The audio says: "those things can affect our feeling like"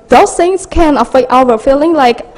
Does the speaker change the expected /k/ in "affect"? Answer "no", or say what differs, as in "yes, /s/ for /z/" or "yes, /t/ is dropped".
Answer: yes, /k/ is dropped